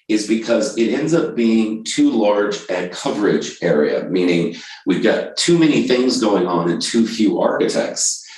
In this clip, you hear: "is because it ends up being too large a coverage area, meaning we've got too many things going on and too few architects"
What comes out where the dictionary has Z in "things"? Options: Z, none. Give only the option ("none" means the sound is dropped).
Z